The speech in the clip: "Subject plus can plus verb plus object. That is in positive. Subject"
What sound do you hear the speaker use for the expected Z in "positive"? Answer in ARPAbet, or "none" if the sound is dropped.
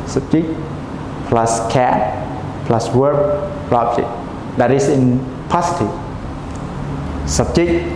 S